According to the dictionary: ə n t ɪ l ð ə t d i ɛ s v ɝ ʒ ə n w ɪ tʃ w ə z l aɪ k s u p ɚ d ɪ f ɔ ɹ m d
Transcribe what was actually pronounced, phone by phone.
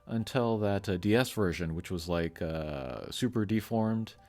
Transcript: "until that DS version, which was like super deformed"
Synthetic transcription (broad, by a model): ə n t ɪ l ð ə t d i ɛ s v ɝ ʒ ə n w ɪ tʃ w ə z l aɪ k s u p ɚ d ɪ f ɔ ɹ m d